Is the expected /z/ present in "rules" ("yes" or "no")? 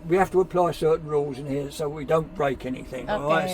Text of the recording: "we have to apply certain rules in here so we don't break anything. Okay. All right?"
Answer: yes